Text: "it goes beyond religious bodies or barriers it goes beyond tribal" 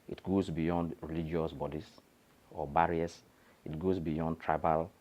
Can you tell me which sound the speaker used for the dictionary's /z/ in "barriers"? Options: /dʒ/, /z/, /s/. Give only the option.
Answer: /s/